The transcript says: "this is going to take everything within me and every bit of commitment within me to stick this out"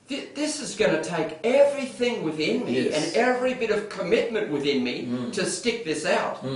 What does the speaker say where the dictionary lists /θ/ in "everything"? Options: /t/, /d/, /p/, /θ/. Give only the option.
/θ/